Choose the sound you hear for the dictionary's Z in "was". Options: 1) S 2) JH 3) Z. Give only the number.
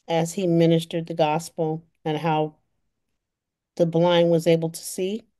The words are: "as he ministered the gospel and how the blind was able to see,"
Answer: 3